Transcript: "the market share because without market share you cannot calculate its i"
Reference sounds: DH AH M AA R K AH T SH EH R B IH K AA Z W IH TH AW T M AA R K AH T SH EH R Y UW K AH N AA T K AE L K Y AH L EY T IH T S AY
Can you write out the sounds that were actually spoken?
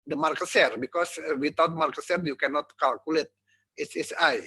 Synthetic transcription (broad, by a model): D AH M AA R K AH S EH R B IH K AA S W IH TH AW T M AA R K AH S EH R Y UW K AH N AA T K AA L K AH L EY T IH S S AY